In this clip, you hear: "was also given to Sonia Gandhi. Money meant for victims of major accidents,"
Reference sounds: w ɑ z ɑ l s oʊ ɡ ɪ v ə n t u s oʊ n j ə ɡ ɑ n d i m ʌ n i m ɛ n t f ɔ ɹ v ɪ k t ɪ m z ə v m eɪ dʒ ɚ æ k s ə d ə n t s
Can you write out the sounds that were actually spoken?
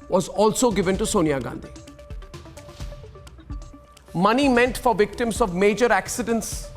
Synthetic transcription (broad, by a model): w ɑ z ɑ l s oʊ ɡ ɪ v ə n t u s oʊ n j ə ɡ ɑ n d i m ʌ n i m ɛ n t f ɔ ɹ v ɪ k t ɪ m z ə v m eɪ dʒ ɚ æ k s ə d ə n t s